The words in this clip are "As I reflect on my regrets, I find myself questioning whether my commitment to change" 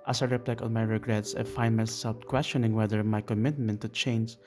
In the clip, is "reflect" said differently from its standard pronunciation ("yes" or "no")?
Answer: yes